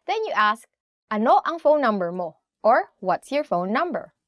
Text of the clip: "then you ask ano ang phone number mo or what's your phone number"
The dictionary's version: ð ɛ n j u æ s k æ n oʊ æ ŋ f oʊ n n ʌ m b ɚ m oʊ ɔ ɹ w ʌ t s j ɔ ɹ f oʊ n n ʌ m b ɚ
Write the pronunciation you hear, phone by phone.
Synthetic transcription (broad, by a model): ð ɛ n j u æ s k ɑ n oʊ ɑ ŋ f oʊ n n ʌ m b ɚ m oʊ ɔ ɹ w ʌ t s j ɔ ɹ f oʊ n n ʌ m b ɚ